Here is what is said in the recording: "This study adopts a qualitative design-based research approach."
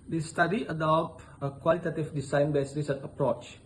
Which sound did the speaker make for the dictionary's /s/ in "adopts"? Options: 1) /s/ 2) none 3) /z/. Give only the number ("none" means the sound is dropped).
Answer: 2